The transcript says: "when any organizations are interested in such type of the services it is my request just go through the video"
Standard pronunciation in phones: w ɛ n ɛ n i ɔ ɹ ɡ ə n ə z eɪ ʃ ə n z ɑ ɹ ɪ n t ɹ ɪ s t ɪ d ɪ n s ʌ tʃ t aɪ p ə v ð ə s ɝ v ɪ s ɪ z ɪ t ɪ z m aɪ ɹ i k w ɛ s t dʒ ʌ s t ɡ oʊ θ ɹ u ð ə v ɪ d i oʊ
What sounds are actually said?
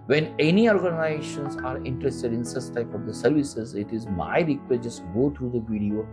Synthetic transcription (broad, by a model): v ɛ n ɛ n i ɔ ɹ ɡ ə n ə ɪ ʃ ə n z ɑ ɹ ɪ n t ɹ ɪ s t ɪ d ɪ n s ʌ s t aɪ p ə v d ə s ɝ v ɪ s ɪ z ɪ t ɪ z m aɪ ɹ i k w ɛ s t dʒ ʌ s t ɡ oʊ t ɹ u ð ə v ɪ d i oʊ